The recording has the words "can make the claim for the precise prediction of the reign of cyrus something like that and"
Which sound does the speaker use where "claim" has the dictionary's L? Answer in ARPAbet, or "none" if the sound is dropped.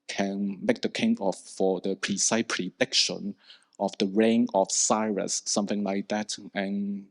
none